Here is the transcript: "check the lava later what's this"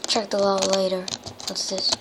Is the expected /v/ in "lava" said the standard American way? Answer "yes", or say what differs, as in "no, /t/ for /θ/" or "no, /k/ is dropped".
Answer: no, /v/ is dropped